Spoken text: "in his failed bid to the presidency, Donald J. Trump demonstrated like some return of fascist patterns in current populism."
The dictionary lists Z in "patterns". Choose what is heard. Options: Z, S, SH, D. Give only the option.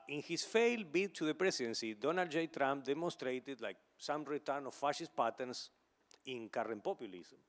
S